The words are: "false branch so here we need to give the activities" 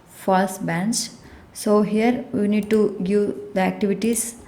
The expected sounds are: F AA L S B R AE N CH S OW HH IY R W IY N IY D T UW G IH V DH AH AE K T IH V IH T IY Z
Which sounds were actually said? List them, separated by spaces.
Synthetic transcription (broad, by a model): F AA L S B AE N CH S OW HH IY R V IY N IY D T UW G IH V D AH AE K T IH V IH T IY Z